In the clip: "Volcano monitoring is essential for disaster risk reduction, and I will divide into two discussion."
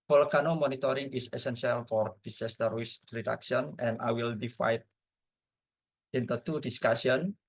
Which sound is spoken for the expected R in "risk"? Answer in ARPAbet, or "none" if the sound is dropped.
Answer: W